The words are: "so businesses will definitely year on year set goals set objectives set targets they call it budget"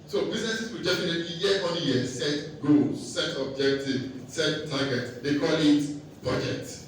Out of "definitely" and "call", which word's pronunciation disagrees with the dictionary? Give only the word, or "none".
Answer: definitely